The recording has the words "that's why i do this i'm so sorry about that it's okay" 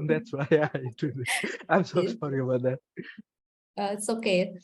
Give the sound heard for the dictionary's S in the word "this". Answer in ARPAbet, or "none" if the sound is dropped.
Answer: none